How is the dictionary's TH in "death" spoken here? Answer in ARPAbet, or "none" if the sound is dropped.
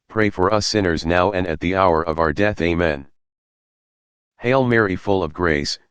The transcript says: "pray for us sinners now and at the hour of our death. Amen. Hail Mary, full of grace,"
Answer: TH